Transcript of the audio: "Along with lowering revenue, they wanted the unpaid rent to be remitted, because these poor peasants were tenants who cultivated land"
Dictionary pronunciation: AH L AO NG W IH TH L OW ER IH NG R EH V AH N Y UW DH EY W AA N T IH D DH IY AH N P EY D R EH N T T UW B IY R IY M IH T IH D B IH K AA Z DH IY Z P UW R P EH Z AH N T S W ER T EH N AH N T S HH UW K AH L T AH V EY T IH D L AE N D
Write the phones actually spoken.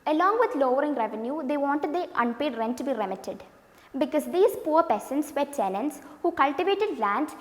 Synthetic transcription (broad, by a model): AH L AO NG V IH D L OW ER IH NG R EH V AH N Y UW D EY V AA N T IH D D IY AH N P EY D R EH N T T UW B IY R IY M IH T IH D B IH K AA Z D IY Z P UW R P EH S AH N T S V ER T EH N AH N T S HH UW K AH L T AH V EY T IH D L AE N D